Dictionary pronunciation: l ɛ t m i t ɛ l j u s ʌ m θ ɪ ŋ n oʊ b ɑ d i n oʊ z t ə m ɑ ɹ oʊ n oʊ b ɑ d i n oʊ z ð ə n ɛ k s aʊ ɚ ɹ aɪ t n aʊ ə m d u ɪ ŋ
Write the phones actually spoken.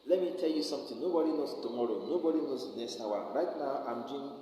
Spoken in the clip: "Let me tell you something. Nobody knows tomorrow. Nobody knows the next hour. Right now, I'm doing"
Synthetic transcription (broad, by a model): l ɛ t m i t ɛ l j u s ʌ m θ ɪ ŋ n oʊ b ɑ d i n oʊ s t ə m ɑ ɹ oʊ n oʊ b ɑ d i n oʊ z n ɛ s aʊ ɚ ɹ aɪ t n aʊ ə m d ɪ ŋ